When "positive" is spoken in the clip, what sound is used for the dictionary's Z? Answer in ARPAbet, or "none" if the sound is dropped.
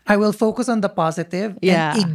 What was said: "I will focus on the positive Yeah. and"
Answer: Z